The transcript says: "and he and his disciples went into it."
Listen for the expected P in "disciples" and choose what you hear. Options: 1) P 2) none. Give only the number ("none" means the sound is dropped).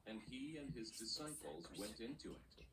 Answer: 1